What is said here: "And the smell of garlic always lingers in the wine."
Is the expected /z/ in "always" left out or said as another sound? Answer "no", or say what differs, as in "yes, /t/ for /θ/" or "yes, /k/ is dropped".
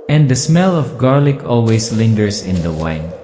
yes, /s/ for /z/